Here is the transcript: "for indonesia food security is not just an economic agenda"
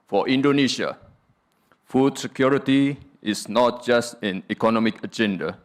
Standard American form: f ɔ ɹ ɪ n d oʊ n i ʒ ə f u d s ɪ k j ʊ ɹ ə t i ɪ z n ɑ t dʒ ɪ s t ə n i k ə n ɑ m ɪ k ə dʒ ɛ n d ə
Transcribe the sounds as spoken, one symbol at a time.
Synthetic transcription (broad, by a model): f ɔ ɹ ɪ n d oʊ n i ʃ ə f u d s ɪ k j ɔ ɹ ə t i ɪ s n ɑ t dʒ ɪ s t ə n i k ə n ɑ m ɪ k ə dʒ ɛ n d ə